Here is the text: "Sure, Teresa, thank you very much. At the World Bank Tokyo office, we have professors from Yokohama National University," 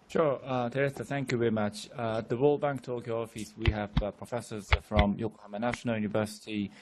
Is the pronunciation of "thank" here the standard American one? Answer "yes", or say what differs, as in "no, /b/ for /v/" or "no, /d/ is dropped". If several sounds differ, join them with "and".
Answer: yes